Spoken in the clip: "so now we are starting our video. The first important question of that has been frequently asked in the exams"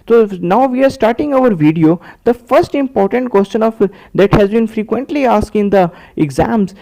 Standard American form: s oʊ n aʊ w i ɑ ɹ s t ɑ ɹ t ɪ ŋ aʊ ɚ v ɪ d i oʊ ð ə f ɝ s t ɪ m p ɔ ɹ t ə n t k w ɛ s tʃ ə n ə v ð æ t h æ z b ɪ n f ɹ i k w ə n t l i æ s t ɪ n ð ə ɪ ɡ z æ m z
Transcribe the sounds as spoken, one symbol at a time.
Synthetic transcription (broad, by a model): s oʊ n aʊ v i ɑ ɹ s t ɑ ɹ t ɪ ŋ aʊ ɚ v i d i oʊ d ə f ɝ s t ɪ m p ɔ ɹ t ə n t k w ɛ s tʃ ə n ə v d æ t h æ z b ɪ n f ɹ i k w ə n t l i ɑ s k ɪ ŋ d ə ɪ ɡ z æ m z